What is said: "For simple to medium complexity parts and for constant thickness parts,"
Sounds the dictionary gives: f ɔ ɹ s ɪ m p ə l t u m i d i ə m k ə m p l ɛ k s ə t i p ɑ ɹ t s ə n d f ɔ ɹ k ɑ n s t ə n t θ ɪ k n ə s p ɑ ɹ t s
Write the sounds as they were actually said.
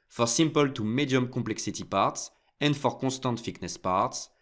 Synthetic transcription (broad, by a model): f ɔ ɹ s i m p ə l t u m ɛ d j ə m k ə p l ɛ k s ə t i p ɑ ɹ t s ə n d f ɔ ɹ k ɑ s t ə n t f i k n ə s p ɑ ɹ t s